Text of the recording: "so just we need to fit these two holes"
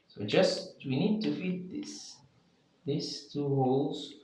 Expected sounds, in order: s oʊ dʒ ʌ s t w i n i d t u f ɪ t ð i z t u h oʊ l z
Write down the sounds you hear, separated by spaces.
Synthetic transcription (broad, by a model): s oʊ dʒ ʌ s t w i n i d t u f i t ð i s t u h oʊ l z